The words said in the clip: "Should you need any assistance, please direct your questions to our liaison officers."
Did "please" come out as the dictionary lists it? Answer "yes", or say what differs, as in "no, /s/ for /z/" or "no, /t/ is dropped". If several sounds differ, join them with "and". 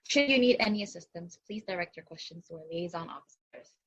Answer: yes